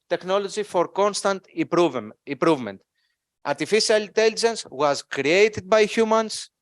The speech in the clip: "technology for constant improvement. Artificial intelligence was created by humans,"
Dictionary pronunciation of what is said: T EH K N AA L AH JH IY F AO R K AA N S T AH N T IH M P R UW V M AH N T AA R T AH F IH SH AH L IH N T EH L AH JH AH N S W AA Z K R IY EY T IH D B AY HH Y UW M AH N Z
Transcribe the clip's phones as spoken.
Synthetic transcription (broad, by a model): T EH K N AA L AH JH IY F AO R K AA N S T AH N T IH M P R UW V M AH N T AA R T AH F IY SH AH L IH N T EH L AH JH AH N S W AA Z K R IY EY T IH D B AY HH Y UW M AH N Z